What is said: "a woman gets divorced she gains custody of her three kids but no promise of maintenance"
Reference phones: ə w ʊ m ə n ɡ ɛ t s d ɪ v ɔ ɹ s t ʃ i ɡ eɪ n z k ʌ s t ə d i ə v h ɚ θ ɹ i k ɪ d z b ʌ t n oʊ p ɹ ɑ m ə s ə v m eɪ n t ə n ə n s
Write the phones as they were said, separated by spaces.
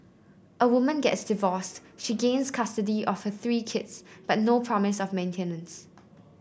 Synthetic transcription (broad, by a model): ə w ʊ m ə n ɡ ɛ t s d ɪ v ɔ s t ʃ i ɡ eɪ n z k ʌ s t ə d i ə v h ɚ θ ɹ i k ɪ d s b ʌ t n oʊ p ɹ ɑ m ə s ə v m eɪ n t ə n ə n s